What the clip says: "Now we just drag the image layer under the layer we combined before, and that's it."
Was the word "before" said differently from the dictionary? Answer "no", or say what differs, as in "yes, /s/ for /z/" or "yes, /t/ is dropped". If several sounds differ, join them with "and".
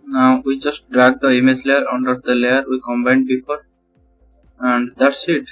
yes, /p/ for /f/